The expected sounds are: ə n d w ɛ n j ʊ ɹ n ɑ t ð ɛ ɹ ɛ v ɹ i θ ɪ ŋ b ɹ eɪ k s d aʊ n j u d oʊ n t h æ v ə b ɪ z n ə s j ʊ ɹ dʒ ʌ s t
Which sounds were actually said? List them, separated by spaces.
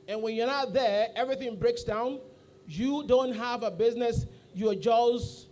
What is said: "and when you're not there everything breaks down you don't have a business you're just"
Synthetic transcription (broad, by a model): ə n w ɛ n j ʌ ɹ n ɑ t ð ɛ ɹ ɛ v ɹ i θ ɪ ŋ b ɹ eɪ k s d aʊ n j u d oʊ n t h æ v ə b ɪ z n ə s j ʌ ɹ dʒ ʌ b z